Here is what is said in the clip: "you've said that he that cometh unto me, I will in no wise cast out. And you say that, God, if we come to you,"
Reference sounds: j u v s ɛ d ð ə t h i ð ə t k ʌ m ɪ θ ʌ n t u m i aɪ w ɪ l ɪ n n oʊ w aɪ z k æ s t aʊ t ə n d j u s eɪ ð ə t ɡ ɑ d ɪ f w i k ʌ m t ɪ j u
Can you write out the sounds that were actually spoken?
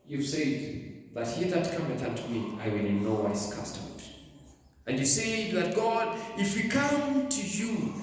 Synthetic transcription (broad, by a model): j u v s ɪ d ð ə t h i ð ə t k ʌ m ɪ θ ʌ t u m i aɪ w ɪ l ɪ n n oʊ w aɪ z k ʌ s t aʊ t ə n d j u s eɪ ð ə t ɡ ɑ d ɪ f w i k ʌ m t ɪ j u